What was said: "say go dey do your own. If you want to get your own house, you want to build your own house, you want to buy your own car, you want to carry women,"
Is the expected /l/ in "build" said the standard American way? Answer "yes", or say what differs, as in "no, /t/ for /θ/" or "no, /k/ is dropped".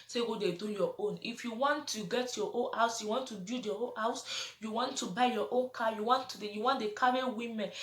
no, /l/ is dropped